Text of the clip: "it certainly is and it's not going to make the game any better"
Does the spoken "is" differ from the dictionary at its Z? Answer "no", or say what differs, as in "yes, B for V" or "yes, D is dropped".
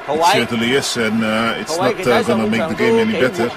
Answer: yes, S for Z